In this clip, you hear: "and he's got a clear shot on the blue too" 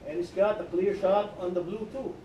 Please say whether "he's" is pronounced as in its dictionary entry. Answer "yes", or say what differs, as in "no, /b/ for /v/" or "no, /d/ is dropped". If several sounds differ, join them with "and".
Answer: no, /s/ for /z/